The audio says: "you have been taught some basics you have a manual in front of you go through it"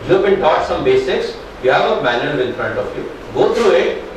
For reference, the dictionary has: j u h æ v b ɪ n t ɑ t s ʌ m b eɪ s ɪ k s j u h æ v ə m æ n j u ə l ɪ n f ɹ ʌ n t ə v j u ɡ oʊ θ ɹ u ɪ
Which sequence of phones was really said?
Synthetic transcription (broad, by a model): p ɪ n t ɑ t s ʌ m b eɪ s ɪ k s j u h æ v ə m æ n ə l ɪ n f ɹ ʌ n t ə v j u ɡ oʊ t ɹ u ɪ